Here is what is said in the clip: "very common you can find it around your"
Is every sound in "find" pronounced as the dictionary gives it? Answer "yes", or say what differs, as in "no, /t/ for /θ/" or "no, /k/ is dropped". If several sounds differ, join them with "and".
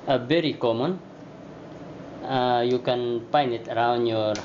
no, /p/ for /f/ and /d/ is dropped